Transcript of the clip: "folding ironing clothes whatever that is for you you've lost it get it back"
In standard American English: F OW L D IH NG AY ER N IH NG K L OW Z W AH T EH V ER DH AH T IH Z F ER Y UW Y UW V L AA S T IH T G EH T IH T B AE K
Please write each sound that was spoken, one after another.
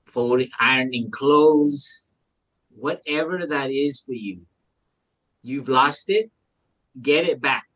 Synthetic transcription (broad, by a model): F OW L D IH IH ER N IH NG K L OW Z W AH T EH V ER DH AH T IH Z F ER Y UW Y UW V L AA S T IH T G EH T IH T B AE K